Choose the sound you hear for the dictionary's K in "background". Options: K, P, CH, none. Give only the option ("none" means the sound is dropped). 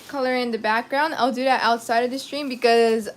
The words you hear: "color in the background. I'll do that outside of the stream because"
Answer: K